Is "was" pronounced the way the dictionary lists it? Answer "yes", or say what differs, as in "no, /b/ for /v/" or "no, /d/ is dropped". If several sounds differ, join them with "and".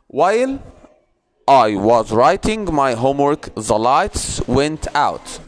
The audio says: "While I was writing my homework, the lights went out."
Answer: yes